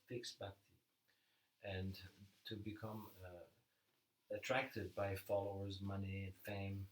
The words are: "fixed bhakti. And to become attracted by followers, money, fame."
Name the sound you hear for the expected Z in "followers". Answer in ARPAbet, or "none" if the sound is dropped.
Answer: Z